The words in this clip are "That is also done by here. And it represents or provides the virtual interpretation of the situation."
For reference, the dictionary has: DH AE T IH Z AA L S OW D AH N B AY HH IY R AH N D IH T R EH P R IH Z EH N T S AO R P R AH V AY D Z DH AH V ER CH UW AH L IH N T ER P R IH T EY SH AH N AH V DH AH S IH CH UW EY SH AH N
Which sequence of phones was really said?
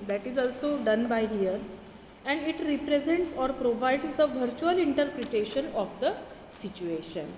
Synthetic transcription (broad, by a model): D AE T IH Z AA L S OW D AH N B AY HH IY R AH N D IH T R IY P R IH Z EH N T S AO R P R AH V AY D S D AH V ER CH UW AH L IH N T ER P R IH T EY SH AH N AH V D AH S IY CH UW EY SH AH N